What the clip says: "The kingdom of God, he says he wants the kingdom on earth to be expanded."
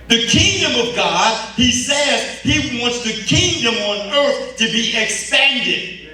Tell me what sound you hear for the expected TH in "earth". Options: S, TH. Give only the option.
TH